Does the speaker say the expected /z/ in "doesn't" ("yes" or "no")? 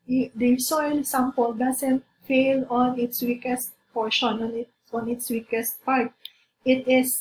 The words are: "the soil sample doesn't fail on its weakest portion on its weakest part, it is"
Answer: no